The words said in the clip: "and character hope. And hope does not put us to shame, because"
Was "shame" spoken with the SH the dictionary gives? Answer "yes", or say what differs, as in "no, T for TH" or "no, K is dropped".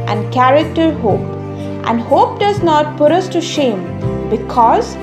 yes